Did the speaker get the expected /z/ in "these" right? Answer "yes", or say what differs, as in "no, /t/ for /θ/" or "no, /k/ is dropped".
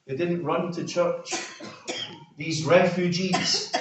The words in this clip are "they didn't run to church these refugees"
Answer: yes